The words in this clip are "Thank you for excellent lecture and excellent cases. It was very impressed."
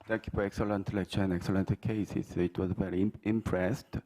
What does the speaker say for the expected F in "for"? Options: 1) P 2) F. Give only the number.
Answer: 1